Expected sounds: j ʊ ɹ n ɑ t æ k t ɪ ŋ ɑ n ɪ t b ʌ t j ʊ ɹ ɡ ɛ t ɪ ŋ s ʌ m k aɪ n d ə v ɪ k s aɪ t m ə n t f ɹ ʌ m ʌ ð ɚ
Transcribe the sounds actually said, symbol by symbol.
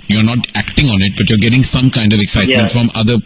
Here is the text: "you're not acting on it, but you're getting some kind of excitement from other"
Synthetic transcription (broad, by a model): j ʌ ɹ n ɑ t æ k t ɪ ŋ ɑ n ɪ t b ʌ t j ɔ ɹ ɡ ɛ t ɪ ŋ s ʌ m k aɪ n d ə v ɪ k s aɪ t m ə n t f ɹ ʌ m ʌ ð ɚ